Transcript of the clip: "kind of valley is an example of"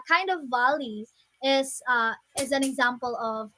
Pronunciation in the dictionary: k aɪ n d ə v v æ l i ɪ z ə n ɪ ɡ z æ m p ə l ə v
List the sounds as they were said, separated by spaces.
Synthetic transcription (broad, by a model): k aɪ n d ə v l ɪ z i ɪ z ə n ɪ ɡ z æ m p ə l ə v